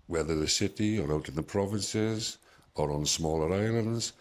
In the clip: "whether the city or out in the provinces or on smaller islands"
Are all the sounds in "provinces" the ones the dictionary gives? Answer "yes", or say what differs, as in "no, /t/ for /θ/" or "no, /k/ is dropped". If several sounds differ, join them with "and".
yes